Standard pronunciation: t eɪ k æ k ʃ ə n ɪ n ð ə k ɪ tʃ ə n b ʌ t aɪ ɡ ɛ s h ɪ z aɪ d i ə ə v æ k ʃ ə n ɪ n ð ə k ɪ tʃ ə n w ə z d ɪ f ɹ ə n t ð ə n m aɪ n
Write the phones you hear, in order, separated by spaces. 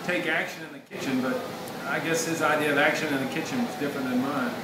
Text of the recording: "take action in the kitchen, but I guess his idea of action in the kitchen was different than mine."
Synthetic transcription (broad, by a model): t eɪ k æ k ʃ ə n ɪ n ð ə k ɪ tʃ ə n b ʌ t aɪ ɡ ɛ s h ɪ z aɪ d i ə ə v æ k ʃ ə n ɪ n ð ə k ɪ tʃ ə n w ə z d ɪ f ɹ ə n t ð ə n m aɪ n